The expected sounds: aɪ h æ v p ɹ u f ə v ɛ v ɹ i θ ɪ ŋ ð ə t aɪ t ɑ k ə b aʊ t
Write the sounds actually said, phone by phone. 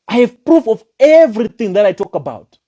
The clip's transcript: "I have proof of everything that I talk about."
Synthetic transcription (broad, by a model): aɪ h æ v p ɹ u f ə v ɛ v ɹ i θ ɪ ŋ ð ə t aɪ t ɑ k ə b aʊ t